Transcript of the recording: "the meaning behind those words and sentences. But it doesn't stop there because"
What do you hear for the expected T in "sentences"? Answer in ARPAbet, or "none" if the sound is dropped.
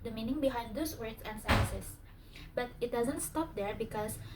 S